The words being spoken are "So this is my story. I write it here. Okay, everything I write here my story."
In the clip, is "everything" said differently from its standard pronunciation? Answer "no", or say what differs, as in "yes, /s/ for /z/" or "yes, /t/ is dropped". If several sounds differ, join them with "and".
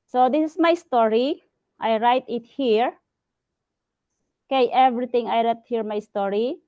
yes, /t/ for /θ/